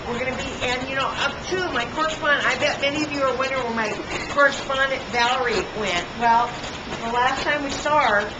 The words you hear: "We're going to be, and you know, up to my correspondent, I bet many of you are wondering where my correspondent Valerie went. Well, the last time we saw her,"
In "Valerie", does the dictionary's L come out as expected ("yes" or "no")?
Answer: yes